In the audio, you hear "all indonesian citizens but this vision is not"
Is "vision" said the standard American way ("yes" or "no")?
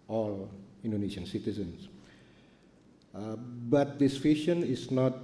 no